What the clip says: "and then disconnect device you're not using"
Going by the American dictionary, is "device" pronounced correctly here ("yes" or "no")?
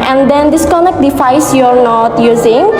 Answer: no